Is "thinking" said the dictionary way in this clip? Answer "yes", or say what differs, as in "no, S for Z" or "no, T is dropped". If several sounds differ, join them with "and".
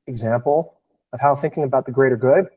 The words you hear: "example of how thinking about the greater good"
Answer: yes